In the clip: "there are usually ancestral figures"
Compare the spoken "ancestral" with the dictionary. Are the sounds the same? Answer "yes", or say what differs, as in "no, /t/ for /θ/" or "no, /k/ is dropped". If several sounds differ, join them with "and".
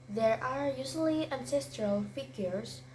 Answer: yes